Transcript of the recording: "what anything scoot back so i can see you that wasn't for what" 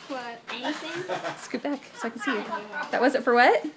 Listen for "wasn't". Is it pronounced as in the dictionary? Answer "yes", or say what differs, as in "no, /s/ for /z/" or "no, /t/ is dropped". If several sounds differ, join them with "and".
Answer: no, /n/ is dropped